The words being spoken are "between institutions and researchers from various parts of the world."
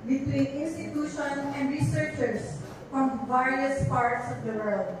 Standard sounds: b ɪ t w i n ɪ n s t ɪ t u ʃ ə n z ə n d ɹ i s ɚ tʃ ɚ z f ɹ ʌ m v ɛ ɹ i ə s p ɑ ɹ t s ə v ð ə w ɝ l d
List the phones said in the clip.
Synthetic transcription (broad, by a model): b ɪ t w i n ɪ n s t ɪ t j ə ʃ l ə n d ɹ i s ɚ tʃ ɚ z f ɹ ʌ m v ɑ i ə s p ɑ ɹ t s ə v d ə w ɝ l d